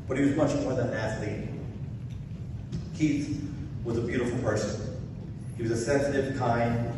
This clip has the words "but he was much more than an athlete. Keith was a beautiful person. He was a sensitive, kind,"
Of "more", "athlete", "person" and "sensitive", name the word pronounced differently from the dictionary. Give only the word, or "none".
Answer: athlete